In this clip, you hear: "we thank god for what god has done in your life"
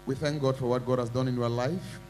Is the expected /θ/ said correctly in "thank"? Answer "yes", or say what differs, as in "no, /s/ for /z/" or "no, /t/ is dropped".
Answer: yes